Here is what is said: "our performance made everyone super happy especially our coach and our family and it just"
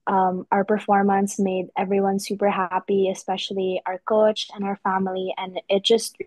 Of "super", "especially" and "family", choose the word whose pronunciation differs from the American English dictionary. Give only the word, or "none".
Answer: none